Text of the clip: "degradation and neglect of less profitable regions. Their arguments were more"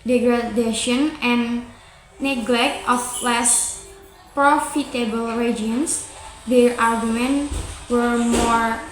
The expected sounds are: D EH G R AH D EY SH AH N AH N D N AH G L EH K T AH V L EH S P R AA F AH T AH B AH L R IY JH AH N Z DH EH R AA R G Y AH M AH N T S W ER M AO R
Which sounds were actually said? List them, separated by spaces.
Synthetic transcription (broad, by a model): D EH G R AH D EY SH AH N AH N N AH G L EH K T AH F L EH S P R AA F AH T AH B AH L R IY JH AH N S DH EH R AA R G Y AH M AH N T W ER M AO R